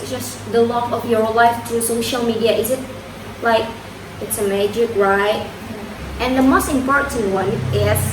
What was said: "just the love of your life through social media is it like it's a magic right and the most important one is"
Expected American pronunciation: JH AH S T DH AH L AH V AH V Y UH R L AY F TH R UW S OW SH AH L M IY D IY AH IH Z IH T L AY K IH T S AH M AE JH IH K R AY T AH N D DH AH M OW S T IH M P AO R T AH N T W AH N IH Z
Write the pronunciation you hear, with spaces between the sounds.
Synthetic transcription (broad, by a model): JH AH S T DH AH L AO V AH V Y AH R L AY F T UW S OW SH AH L M IY D IY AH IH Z IH T L AY K IH T S AH M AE JH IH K R AY T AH N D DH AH M OW S T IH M P AO R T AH N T W AH N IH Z